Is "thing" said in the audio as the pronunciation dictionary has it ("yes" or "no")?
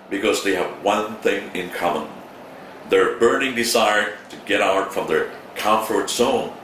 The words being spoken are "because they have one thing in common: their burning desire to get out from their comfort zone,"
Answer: yes